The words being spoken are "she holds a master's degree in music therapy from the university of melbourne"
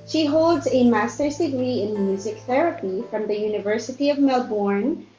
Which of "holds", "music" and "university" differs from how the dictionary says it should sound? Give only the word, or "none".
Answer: none